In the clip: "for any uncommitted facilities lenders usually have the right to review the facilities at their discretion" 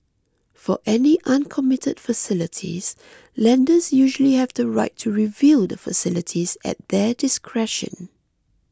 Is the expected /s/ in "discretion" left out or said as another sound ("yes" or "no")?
no